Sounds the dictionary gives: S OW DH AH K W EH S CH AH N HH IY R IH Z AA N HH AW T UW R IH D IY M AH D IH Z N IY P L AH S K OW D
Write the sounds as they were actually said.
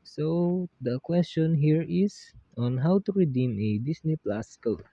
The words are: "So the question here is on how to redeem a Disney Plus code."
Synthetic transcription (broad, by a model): S OW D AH K W EH S CH AH N HH IY R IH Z AA N HH AW T UW R IH D IY M AH D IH S N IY P L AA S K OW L